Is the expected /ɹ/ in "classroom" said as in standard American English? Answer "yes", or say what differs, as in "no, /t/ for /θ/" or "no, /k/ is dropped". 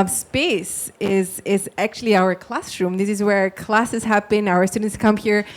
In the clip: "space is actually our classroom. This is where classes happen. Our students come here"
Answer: yes